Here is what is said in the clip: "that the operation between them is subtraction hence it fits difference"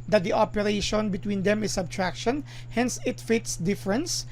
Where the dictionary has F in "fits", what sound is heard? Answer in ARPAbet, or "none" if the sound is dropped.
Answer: F